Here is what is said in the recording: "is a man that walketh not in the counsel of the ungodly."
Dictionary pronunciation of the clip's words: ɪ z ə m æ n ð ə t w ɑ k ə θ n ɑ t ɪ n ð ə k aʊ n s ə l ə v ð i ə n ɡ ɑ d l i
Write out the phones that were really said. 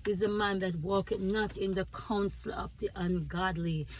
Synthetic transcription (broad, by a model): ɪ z ə m æ n ð ə t w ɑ k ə t n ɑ t ɪ n ð ə k aʊ n s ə l ə v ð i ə n ɡ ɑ d l i